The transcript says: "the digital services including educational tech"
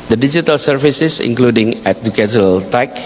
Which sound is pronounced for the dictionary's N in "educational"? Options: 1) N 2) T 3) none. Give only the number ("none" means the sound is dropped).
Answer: 3